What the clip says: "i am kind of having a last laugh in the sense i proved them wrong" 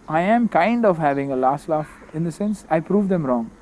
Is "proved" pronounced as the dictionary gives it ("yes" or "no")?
yes